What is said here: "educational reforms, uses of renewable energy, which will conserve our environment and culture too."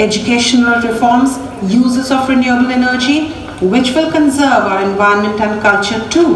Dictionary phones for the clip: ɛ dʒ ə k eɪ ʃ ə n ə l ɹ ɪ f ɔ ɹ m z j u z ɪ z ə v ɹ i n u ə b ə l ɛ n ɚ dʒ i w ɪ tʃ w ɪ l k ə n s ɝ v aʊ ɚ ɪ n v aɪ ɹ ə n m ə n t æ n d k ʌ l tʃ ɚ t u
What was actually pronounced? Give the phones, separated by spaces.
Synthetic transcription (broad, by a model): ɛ dʒ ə k eɪ ʃ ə n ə l ɹ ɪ f ɔ ɹ m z j u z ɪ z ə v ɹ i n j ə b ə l ɛ n ɚ dʒ i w ɪ tʃ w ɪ l k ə n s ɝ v aʊ ɚ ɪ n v aɪ ə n m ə n t æ n d k ʌ l tʃ ɚ t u